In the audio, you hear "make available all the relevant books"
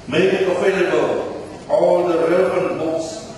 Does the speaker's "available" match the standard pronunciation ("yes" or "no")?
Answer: no